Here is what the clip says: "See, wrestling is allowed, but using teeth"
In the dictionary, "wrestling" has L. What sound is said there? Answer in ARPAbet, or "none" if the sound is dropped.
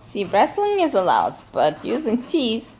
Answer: L